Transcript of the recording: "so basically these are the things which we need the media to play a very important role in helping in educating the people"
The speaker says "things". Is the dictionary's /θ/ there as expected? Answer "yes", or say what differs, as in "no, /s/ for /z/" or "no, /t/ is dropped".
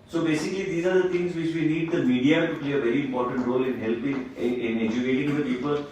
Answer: no, /t/ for /θ/